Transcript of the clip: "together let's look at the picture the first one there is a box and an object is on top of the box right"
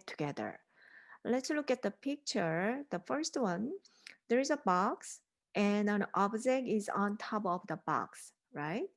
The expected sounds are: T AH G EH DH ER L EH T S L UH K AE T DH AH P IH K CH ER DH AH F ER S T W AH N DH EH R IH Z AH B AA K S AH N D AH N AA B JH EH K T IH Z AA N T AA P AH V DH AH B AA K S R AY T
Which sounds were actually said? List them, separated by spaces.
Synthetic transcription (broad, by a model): T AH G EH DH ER L EH T S L UH K AE T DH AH P IH K CH ER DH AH F ER S T W AH N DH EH R IH Z AH B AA K S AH N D AH N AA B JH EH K IH Z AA N T AA P AH V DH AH B AA K S R AY T